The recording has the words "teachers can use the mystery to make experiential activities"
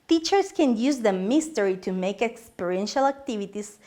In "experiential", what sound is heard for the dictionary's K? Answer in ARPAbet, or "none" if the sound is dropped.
K